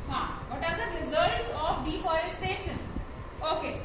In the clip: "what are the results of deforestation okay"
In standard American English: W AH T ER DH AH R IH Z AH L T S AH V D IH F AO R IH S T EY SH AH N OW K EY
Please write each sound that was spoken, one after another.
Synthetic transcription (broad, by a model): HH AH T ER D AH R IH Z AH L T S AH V D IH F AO IH S T EY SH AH N OW K EY